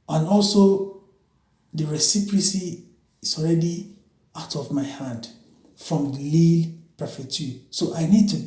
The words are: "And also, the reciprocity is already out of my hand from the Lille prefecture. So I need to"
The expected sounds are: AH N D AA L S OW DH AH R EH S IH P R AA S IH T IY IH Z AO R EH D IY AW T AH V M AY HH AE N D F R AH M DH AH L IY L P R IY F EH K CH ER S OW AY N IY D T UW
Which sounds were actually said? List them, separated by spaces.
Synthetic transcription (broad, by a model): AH N AA L S OW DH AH R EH S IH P R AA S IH S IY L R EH D IY AW T AH V M AY HH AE N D F R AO M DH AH L IY L P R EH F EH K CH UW S OW AY N IY D T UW